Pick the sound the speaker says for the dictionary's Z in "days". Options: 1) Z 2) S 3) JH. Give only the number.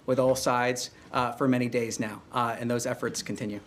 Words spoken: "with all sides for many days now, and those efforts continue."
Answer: 1